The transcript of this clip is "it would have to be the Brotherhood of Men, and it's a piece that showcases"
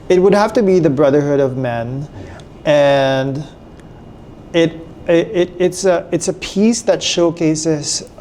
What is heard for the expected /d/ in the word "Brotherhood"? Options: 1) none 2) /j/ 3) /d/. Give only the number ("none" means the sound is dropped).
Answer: 3